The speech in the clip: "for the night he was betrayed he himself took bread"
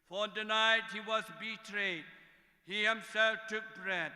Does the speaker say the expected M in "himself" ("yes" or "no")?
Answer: yes